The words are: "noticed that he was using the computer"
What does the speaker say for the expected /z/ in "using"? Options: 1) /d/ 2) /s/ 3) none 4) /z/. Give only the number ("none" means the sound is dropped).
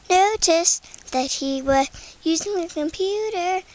4